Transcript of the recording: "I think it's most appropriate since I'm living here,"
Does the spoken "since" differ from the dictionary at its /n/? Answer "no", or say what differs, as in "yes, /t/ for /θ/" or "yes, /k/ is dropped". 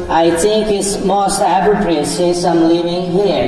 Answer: yes, /n/ is dropped